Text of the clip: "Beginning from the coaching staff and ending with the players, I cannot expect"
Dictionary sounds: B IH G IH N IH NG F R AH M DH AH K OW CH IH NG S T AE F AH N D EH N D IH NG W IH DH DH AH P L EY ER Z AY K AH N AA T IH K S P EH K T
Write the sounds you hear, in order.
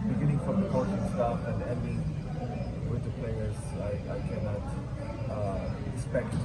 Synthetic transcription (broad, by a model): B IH G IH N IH NG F R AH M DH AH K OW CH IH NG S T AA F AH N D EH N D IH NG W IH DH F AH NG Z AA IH AY K AH N AA T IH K S P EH K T